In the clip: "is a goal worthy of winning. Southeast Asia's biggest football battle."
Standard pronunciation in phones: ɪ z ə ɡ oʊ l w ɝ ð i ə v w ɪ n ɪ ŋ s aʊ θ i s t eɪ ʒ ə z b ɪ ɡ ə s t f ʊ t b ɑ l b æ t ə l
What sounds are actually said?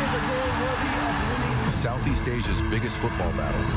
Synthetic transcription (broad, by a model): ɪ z ə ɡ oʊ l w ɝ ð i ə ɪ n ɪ s aʊ θ i s t eɪ ʒ ə z b ɪ ɡ ə s t f ʊ t b ɑ l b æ t l